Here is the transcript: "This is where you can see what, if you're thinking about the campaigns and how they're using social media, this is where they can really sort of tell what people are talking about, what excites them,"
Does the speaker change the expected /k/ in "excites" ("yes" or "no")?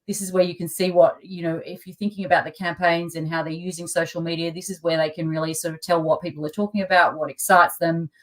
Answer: no